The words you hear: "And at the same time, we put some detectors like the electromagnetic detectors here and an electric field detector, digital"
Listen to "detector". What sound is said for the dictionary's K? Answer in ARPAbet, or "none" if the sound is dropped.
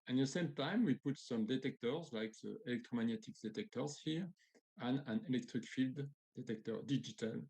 K